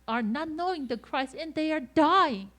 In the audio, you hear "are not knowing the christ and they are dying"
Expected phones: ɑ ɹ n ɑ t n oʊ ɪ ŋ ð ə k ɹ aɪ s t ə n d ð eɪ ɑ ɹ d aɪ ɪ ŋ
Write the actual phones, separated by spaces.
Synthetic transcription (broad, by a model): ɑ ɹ n ɑ t n oʊ ɪ ŋ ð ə k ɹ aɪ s ə n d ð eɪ ɑ ɹ d aɪ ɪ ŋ